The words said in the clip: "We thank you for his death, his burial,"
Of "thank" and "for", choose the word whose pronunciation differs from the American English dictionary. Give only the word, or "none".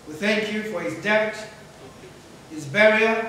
none